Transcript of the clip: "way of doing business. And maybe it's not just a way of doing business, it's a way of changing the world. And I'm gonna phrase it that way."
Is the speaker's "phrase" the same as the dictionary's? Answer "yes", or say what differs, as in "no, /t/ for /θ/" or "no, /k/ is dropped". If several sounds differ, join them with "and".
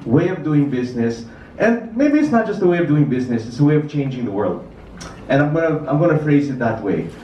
yes